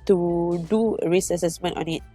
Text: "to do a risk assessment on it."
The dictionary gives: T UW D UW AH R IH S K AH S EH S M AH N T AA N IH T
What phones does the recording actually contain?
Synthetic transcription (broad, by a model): T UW D UW AH R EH S AH S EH S M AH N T AA N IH T